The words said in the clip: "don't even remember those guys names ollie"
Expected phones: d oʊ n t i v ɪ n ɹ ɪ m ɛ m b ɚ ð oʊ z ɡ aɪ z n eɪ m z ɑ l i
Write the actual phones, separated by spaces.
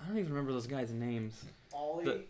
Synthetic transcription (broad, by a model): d oʊ n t i v ɪ n ɹ ɪ m ɛ m b ɚ ð oʊ z ɡ aɪ z n eɪ m z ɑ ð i